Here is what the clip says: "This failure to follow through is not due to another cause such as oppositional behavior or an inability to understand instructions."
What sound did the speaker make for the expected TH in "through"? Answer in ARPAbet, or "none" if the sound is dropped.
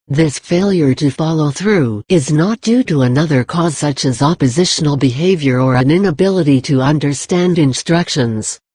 TH